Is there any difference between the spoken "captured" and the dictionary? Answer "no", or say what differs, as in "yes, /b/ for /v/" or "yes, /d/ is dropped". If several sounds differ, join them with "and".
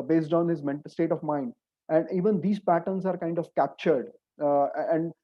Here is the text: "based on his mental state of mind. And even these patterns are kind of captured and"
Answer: no